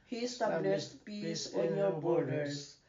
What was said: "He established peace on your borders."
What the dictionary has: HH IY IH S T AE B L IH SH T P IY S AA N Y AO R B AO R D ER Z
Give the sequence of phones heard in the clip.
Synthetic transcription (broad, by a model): HH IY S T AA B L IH S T P IY S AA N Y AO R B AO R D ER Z